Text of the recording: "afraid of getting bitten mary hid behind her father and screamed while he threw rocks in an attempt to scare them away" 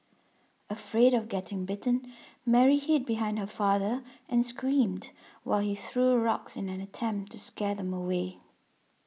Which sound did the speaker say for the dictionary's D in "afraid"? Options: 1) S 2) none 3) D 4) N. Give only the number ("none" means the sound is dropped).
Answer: 3